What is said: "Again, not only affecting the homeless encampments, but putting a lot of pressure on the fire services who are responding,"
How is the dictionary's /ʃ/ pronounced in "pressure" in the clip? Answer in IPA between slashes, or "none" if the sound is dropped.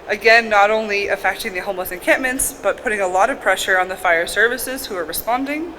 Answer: /ʃ/